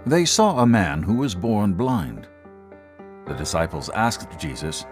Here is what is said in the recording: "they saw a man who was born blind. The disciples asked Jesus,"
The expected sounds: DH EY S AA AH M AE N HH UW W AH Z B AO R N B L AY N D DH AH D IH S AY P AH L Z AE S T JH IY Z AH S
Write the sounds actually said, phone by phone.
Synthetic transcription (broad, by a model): DH EY S AA AH M AE N HH UW W AH Z B AO R N B L AY N D DH AH D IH S AY P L Z AE S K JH IY Z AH S